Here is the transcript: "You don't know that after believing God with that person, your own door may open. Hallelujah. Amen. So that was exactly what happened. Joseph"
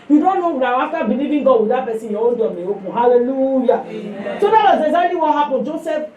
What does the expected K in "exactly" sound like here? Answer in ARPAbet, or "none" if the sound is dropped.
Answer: none